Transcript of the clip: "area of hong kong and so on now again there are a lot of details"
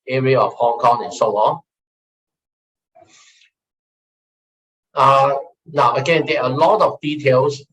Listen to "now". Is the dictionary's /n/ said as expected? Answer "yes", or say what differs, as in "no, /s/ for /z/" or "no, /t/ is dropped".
yes